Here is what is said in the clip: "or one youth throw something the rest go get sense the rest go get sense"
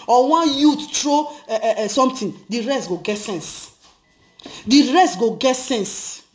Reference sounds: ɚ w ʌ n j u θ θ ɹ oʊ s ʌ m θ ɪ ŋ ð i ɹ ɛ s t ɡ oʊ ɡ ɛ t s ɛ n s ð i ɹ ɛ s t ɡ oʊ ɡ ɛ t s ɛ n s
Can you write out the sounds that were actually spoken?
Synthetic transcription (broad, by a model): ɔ w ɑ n j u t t ɹ oʊ s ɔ m t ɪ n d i ɹ ɛ s t ɡ oʊ ɡ ɛ t s ɛ n s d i ɹ ɛ s t ɡ oʊ ɡ ɛ t s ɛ n s